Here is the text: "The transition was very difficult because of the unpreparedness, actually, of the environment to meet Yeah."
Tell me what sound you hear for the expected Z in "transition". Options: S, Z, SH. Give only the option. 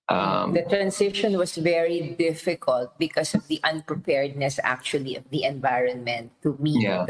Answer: S